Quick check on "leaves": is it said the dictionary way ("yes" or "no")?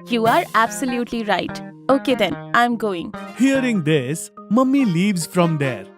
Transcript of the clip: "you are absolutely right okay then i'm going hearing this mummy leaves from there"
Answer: yes